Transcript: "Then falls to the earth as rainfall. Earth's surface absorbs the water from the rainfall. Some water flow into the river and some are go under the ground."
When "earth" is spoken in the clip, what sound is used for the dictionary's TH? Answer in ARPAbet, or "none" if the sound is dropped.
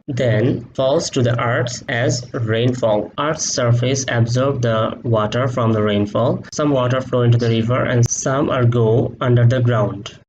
S